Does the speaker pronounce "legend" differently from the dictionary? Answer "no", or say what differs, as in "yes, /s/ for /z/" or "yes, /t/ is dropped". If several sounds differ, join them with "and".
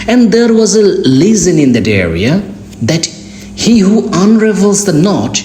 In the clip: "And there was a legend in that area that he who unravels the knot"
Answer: yes, /z/ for /dʒ/ and /d/ is dropped